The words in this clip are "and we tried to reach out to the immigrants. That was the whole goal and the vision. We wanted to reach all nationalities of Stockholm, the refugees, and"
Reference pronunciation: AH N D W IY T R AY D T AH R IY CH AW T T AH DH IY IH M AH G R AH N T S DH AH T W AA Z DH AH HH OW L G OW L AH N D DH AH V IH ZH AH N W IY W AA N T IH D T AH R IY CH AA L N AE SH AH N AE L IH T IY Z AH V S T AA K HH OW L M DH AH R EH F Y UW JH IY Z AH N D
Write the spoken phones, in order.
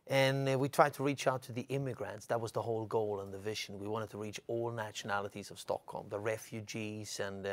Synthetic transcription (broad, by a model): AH N W IY T R AY D T AH R IY CH AW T T AH DH IY IH M AH G R AH N T S DH AH T W AA Z DH AH HH OW L G OW L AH N DH AH V IH ZH AH N W IY W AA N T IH D T AH R IY CH AA L N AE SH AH N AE L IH T IY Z AH V S T AA K HH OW L M DH AH R EH F Y UW JH IY Z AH N